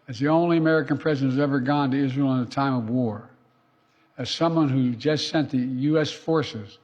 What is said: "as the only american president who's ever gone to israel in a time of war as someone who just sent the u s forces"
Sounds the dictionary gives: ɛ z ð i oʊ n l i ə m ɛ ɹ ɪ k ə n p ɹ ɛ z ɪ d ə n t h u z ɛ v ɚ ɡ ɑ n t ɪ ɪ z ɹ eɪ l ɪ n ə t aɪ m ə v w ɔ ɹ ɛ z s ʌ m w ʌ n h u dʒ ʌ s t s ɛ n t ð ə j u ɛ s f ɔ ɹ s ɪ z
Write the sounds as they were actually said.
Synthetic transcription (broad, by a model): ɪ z ð i oʊ n l i ə m ɛ ɹ ɪ k ə n p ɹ ɛ z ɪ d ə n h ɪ z ɛ v ɚ ɡ ɑ n t ɪ ɪ z ɹ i l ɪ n ə t aɪ m ə v w ɔ ɹ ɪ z s ʌ m w ʌ n h u dʒ ʌ s t s ɛ n ð ə j u ɛ s f ɔ ɹ s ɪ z